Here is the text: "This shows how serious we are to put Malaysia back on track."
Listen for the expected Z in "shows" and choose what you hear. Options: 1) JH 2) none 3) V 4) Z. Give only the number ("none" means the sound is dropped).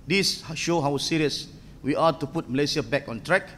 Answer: 2